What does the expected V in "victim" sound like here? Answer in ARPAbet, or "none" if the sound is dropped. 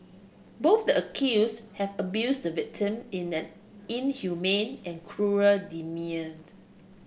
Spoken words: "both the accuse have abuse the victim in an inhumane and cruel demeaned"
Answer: V